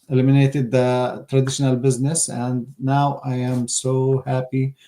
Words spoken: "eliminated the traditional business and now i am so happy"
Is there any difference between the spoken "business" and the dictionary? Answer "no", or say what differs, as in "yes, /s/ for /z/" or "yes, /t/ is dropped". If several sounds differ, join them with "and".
no